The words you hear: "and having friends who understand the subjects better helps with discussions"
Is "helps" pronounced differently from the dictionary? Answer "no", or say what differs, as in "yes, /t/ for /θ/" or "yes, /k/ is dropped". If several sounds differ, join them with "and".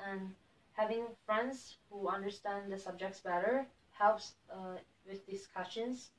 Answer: no